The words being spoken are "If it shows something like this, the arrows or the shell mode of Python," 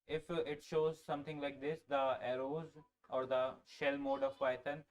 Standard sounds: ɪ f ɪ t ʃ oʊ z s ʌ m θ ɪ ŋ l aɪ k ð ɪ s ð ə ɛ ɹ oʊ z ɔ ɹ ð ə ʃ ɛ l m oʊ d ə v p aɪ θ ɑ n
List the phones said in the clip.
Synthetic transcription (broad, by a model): ɪ f ɪ t ʃ oʊ z s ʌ m t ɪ ŋ l aɪ k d ɪ s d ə ɛ ɹ oʊ z ɔ ɹ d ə ʃ ɛ l m oʊ d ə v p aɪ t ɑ n